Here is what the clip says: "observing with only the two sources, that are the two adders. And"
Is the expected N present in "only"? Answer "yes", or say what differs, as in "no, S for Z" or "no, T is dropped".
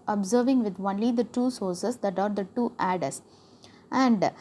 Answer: yes